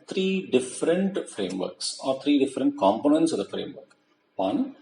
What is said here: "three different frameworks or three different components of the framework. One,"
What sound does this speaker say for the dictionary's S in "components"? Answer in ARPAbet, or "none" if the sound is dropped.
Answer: S